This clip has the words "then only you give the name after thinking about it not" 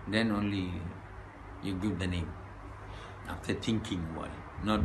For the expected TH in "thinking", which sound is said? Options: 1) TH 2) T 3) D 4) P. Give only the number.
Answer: 2